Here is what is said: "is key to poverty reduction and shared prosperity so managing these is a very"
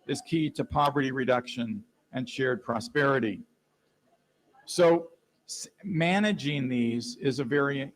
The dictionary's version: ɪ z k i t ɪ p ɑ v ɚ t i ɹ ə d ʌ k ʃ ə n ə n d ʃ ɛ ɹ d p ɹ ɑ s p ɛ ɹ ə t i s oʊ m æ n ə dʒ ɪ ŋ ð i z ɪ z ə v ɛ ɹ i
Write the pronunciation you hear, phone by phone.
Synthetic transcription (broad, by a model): ɪ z k i t ɪ p ɑ v ɚ t i ɹ ə d ʌ k ʃ ə n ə n ʃ ɛ ɹ d p ɹ ɑ s p ɛ ɹ ə t i s oʊ m æ n ə dʒ ɪ ŋ ð i z ɪ z ə v ɛ ɹ i